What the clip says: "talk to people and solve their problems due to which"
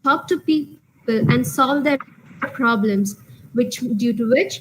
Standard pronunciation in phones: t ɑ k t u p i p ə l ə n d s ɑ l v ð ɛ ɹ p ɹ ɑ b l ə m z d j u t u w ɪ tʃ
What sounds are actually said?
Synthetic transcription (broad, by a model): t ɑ k t u p i p ə l ə n d s ɑ l v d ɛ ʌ p ɹ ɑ b l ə m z d j u t u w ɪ tʃ